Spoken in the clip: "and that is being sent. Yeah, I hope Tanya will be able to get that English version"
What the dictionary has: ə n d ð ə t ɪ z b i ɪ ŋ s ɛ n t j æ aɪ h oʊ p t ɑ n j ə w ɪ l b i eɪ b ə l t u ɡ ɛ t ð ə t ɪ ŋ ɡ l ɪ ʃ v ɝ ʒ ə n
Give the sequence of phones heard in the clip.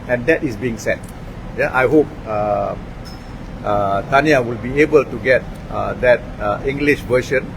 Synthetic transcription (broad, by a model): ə n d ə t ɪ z b i ɪ ŋ s ɛ t j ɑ aɪ h oʊ p t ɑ n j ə w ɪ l b i eɪ b ə l t u ɡ ɛ t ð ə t ɪ ŋ ɡ l ɪ ʃ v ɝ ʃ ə n